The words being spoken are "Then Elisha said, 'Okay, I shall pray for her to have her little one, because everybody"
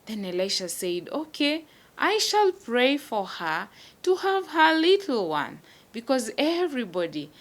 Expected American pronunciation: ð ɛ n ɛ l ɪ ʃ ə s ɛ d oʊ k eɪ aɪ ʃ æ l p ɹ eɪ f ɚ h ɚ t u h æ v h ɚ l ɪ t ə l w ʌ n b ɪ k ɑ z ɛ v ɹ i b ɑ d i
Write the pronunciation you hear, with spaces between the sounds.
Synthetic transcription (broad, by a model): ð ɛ n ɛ l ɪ ʃ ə s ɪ d oʊ k eɪ aɪ ʃ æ l p ɹ eɪ f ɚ h ɚ t u h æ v h ɚ l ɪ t l w ʌ n b ɪ k ɑ z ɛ v ɹ i b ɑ d i